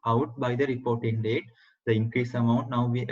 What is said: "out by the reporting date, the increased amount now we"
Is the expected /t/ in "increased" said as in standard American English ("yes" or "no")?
no